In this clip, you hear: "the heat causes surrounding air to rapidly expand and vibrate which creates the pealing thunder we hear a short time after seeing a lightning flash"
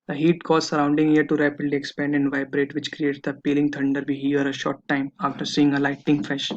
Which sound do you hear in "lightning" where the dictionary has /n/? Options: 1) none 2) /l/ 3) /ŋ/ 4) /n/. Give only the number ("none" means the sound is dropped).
1